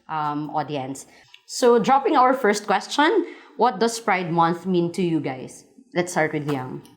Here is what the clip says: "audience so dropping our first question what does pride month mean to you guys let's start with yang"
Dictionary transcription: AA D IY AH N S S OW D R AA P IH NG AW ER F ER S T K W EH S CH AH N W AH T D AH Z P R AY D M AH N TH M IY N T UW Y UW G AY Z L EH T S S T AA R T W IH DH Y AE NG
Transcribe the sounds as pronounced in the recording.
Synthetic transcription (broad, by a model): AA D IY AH N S S OW D R AA P IH NG AW ER F ER S T K W EH S CH AH N W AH T D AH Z P R AY D M AH N TH M IY N T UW Y UW G AY S L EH T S S T AA R T W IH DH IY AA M